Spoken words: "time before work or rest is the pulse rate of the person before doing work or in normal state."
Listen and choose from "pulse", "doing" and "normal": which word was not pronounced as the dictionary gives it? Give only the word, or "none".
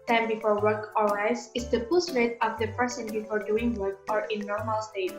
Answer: pulse